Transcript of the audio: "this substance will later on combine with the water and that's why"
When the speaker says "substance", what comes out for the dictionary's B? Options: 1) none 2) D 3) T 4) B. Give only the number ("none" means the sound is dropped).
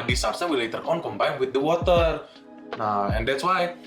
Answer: 1